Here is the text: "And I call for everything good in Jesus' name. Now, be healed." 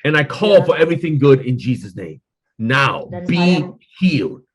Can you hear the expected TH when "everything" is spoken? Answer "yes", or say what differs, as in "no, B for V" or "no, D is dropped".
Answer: yes